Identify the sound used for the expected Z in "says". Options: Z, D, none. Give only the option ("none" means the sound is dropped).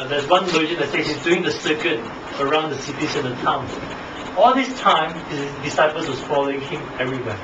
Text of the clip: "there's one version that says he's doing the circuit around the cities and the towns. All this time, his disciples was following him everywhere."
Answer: none